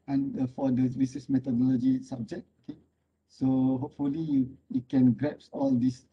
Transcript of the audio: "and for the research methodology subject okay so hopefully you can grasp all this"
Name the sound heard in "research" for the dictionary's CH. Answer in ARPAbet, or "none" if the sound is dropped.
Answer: S